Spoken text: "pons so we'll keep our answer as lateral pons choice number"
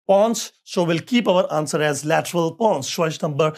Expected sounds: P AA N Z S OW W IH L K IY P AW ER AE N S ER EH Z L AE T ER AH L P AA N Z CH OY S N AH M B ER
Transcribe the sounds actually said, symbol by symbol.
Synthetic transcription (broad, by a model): P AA N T S OW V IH L K IY P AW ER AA N S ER EH Z L AE T ER AH L P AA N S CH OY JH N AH M B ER